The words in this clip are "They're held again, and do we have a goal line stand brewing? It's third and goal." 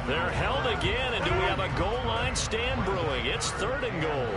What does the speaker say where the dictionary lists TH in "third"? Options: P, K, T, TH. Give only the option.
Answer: TH